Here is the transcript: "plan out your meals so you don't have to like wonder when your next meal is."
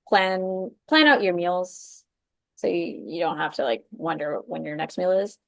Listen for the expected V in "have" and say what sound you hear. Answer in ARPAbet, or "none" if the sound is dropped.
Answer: F